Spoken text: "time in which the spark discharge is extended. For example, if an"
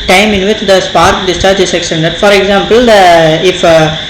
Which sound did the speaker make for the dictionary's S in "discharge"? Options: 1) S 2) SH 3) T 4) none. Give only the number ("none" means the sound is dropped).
1